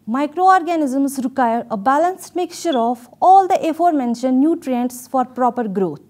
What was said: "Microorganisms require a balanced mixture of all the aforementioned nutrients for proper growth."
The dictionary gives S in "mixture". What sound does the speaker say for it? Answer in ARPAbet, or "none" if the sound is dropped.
none